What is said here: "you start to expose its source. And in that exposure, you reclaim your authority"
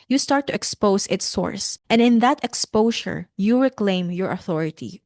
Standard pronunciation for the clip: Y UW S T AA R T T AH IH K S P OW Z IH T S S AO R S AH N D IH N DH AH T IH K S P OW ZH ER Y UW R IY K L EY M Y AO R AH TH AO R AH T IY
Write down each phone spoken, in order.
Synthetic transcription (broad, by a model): Y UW S T AA R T T AH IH K S P OW S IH T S S AO R S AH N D IH N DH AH T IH K S P OW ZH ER Y UW R IY K L EY M Y AO R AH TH AO R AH T IY